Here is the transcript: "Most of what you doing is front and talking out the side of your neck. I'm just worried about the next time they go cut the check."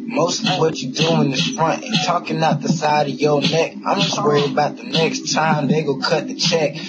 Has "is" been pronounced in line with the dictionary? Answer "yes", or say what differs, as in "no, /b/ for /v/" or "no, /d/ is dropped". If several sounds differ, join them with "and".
no, /s/ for /z/